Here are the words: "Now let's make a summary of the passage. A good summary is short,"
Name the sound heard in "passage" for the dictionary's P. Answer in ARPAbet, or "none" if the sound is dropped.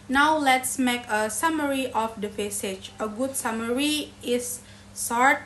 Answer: F